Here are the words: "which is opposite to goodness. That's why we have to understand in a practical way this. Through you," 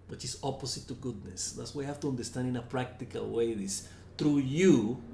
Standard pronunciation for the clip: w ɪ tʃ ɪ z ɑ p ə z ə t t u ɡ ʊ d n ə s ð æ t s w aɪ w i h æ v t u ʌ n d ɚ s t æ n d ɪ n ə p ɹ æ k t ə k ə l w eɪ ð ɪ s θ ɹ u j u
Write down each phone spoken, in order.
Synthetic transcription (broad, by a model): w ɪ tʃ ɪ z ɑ p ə s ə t t u ɡ ʊ d n ə s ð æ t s w aɪ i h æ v t u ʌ n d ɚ s t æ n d ɪ n ə p ɹ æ k t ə k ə l w eɪ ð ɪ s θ ɹ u j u